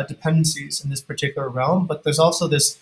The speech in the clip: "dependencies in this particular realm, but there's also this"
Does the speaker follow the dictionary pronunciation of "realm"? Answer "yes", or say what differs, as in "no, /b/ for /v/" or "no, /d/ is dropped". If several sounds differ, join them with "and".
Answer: yes